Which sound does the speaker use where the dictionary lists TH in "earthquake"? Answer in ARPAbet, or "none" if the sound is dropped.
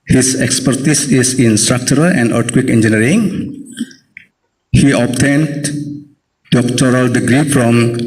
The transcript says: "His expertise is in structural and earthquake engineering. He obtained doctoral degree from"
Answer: T